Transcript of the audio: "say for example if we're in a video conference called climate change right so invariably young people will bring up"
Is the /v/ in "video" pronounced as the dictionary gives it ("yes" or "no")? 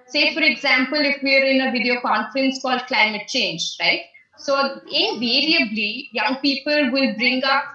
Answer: yes